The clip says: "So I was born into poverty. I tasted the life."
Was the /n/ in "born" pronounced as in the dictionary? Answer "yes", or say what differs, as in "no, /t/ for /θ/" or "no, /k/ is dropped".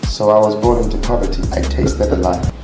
no, /n/ is dropped